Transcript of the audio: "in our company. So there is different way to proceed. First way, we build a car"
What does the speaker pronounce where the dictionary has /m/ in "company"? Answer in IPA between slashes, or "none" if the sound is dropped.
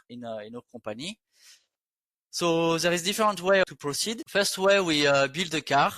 none